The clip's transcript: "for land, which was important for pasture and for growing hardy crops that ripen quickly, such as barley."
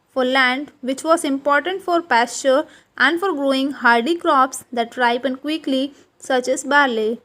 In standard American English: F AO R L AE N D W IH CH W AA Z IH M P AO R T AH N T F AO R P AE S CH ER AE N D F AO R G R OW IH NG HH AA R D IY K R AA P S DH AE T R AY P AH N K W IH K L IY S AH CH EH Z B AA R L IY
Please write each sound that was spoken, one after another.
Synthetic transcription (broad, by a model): F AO R L AE N D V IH CH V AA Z IH M P AO R T AH N T F AO R P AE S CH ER AE N D F AO R G R OW IH NG HH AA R D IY K R AA P S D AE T R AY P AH N K W IH K L IY S AH CH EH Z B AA R L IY